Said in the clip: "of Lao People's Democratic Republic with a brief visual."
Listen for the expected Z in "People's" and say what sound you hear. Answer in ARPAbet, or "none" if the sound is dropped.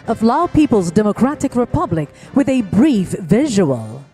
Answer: Z